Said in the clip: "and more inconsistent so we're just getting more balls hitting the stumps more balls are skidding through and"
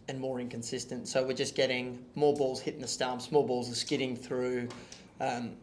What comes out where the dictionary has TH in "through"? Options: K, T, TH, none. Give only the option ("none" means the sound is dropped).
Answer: TH